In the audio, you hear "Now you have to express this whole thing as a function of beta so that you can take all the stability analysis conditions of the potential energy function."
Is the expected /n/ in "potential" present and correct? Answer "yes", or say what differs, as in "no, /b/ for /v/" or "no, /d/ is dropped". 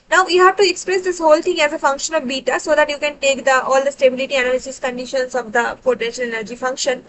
yes